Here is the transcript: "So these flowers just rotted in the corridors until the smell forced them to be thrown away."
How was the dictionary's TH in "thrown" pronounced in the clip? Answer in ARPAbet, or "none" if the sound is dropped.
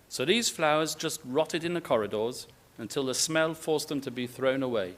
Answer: TH